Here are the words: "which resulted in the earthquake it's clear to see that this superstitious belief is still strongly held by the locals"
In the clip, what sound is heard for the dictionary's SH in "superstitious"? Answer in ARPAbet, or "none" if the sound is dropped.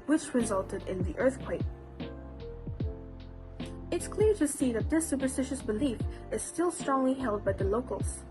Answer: SH